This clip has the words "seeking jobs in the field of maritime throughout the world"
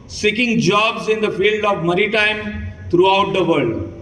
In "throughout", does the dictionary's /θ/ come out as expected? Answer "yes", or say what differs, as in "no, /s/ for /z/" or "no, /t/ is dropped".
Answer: no, /t/ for /θ/